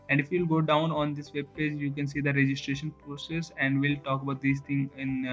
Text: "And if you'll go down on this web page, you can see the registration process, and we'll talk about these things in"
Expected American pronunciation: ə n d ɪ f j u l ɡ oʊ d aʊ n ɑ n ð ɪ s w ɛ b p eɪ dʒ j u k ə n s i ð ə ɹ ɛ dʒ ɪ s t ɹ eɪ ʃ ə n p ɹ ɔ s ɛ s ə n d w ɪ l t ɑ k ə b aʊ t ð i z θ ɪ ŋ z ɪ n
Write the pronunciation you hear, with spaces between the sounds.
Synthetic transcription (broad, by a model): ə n d ɪ f j u l ɡ oʊ d aʊ n ɑ n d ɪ s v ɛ b p eɪ dʒ j u k ə n s i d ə ɹ ɛ dʒ ɪ s t ɹ eɪ ʃ ə n p ɹ ɔ s ɛ s ə n d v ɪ l t ɑ k ə b aʊ t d i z t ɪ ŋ ɪ n